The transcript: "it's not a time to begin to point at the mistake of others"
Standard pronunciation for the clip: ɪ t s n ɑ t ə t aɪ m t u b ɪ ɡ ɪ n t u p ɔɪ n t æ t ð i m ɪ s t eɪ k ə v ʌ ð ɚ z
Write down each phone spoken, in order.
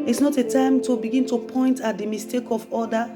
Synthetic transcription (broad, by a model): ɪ t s n ɑ t ə t aɪ m t u b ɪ ɡ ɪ n t u p ɔɪ n t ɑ t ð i m ɪ s t eɪ k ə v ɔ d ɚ